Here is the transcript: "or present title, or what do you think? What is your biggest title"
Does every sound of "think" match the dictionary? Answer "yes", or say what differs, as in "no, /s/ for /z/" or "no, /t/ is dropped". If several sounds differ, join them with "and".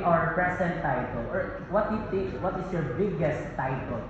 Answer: no, /t/ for /θ/ and /ŋ/ is dropped